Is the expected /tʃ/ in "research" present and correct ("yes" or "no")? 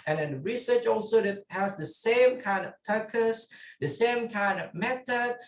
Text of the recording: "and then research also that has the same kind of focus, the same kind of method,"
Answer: yes